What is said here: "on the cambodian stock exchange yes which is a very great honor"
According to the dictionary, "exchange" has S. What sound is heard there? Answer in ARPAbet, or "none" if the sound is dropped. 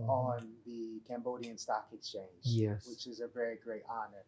S